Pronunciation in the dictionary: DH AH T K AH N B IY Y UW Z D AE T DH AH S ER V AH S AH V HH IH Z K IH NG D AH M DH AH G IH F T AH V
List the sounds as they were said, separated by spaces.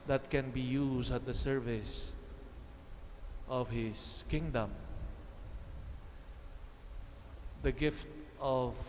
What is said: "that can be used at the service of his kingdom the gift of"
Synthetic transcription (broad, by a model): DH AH T K AH N B IY Y UW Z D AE T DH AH S ER V AH S AH V HH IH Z K IH NG D AH M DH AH G IH F T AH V